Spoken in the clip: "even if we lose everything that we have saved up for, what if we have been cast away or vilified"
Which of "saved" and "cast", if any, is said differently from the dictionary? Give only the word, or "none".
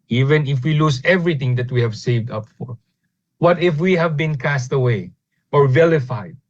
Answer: none